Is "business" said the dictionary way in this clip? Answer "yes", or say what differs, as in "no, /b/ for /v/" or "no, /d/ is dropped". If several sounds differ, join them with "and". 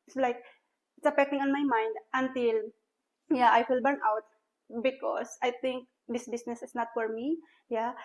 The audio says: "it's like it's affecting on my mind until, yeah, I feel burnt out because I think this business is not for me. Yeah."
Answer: no, /s/ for /z/